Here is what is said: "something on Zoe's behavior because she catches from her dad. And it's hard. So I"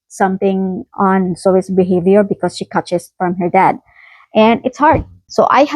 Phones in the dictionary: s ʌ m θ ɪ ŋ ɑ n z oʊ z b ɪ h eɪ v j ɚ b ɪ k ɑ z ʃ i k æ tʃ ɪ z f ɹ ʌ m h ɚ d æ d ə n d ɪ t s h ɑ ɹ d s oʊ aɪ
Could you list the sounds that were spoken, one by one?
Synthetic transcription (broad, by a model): s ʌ m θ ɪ ŋ ɑ n s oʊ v b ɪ h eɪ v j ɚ b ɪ k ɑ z ʃ i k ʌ tʃ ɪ s f ɹ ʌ m h ɚ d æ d ə n d ɪ t s h ɑ ɹ d s oʊ aɪ